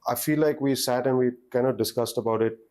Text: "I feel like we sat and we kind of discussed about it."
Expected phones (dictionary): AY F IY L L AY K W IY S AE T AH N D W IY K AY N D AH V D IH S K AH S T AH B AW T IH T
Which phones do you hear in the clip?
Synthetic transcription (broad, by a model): AY F IY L L AY K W IY S AE T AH N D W IY K AY N D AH D IH S K AH S T AH B AW T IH T